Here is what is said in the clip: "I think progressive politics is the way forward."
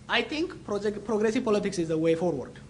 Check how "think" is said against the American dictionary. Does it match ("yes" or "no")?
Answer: no